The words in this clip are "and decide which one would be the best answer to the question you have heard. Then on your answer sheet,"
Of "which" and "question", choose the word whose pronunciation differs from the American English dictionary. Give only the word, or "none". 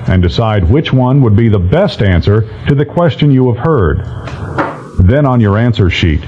none